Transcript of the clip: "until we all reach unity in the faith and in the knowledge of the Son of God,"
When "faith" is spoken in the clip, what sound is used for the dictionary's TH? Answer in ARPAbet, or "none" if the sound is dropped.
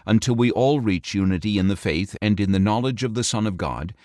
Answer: TH